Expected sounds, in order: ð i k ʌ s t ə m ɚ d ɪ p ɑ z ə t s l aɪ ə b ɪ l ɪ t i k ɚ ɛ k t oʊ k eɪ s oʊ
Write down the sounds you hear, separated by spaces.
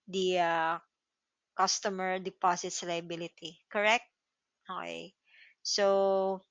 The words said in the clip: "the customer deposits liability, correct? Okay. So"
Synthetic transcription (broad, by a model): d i k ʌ s t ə m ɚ d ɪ p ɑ s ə t s l aɪ ə b ɪ l ɪ t i k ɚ ɛ k t oʊ k eɪ s oʊ